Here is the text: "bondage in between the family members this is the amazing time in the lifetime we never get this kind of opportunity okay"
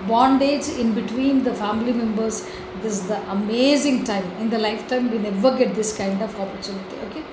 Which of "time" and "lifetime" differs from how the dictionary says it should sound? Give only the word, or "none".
none